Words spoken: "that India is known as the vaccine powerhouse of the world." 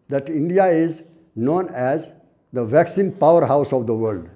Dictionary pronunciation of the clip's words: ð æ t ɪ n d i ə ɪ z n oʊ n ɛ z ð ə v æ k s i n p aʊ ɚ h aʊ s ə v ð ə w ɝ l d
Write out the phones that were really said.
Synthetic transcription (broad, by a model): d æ t ɪ n d i ə ɪ z n oʊ n ɛ z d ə v æ k s i n p aʊ ɚ h aʊ s ə v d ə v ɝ l d